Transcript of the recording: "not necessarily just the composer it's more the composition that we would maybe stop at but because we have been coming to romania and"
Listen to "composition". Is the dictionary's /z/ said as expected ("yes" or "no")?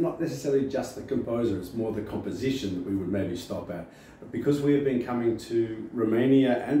yes